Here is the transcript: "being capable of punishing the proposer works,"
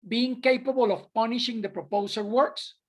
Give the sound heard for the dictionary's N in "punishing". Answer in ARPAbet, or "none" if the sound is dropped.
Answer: N